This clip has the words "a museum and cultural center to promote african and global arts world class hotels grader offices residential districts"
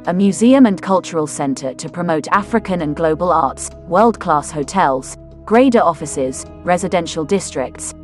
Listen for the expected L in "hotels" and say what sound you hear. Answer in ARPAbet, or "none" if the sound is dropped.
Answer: L